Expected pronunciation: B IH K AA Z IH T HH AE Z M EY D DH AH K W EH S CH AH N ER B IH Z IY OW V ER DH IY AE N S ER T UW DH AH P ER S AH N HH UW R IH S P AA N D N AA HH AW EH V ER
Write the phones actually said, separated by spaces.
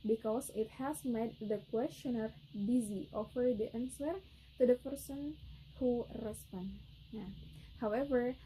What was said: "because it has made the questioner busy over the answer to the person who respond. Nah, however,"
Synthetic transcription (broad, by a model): B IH K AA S IH T HH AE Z M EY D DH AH K W EH S CH AH N ER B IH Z IY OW F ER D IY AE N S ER T UW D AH P ER S AH N HH UW R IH S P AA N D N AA HH AW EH V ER